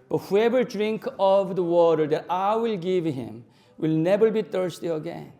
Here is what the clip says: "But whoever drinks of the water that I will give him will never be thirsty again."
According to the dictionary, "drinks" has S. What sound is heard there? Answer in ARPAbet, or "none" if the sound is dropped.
none